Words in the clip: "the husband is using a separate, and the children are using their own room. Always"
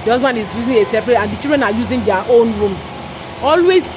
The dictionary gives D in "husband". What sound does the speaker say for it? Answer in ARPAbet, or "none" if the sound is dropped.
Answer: none